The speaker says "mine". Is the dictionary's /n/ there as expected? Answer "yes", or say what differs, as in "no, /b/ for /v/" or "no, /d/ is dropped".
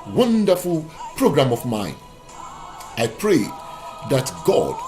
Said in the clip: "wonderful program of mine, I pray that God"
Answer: yes